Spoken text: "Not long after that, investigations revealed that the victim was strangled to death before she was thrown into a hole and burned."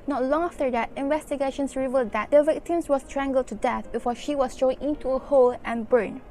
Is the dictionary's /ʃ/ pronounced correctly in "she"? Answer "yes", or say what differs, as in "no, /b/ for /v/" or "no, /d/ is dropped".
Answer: yes